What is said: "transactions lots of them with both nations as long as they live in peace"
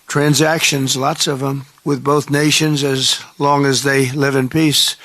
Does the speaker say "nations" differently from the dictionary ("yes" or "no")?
no